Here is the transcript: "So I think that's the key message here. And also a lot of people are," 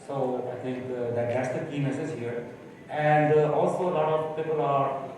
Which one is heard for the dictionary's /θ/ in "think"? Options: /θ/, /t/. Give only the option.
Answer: /t/